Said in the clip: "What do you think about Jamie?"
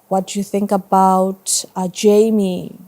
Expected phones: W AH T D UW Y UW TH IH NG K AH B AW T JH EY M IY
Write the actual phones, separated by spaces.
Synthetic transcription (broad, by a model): W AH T D UW Y UW TH IH NG K AH B AW T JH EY M IY